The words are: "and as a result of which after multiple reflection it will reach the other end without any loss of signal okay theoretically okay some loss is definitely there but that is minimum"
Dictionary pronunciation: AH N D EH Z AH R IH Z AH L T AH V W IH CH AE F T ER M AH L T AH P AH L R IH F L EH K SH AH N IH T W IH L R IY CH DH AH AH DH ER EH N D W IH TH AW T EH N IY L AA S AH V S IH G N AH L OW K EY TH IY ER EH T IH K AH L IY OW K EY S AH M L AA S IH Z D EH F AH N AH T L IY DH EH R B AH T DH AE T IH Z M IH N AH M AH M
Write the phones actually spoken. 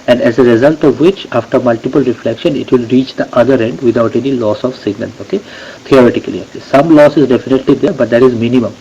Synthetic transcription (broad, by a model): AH N D EH Z AH R IH Z AH L T AH V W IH CH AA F T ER M AH L T AH P AH L R IH F L EH K SH AH N IH T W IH L R IY CH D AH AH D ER EH N D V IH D AW T EH N IY L AA S AH V S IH G N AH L OW K EY T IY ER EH T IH K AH L IY OW K EY S AH M L AA S IH Z D EH F AH N AH T L IY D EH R B AH T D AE T IH Z M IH N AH M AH M